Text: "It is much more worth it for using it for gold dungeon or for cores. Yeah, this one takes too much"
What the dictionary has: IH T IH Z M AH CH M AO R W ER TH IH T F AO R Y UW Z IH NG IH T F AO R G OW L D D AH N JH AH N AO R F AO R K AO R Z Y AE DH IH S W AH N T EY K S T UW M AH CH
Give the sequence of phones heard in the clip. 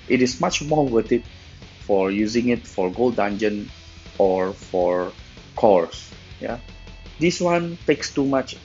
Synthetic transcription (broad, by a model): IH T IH S M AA CH M AO R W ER T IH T F AO R Y UW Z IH NG IH T F AO R G OW L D D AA N JH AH N AO R F AO R K AO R S Y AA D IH S W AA N T EY K S T UW M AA CH